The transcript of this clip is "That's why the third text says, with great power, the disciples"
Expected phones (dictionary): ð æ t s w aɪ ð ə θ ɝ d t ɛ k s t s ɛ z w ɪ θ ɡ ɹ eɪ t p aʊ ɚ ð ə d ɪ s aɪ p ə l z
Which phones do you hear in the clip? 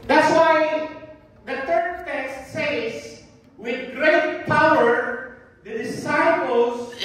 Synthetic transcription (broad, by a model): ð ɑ t s w aɪ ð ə t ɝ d t ɛ k s t s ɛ s w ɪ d ɡ ɹ eɪ t p aʊ ɚ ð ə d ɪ s aɪ p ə l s